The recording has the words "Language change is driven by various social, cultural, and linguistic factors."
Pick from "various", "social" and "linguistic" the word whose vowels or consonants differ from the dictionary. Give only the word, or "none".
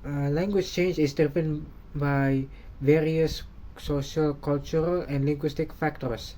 none